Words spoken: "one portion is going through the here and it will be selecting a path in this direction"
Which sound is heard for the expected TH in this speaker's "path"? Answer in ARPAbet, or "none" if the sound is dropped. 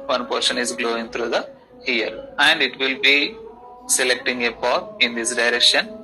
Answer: T